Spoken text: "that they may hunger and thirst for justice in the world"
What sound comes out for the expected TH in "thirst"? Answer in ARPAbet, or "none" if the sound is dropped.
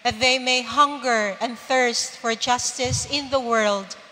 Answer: TH